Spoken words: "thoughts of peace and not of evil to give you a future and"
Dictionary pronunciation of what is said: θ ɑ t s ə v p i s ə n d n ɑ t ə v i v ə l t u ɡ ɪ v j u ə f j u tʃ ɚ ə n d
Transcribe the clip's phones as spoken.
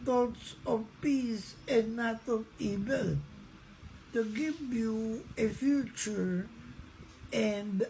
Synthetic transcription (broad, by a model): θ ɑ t s ə v p i s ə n n ɑ t ə v i v ə l t u ɡ ɪ v j u ə f j u tʃ ɚ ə n d